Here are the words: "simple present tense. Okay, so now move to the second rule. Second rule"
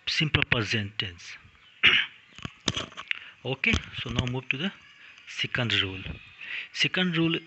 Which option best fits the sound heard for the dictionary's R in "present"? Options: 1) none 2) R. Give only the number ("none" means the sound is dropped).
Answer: 1